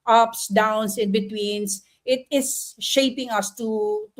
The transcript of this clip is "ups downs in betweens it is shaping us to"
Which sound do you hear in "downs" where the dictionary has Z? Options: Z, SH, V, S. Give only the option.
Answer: S